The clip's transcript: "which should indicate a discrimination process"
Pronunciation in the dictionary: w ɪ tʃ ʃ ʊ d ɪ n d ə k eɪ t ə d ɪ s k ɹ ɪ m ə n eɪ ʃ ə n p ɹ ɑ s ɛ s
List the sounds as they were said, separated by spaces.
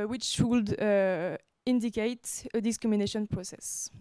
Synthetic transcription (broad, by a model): w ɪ tʃ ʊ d ɪ n d ə k eɪ t ə d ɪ s k ɹ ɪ m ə n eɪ ʃ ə n p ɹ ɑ s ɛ s